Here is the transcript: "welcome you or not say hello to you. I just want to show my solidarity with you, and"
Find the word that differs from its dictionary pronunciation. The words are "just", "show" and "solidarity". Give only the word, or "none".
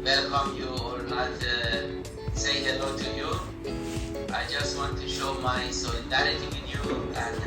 solidarity